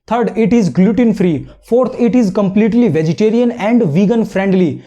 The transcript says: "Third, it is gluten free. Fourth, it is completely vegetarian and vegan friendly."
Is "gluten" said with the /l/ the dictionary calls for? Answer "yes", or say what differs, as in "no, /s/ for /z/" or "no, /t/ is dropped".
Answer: yes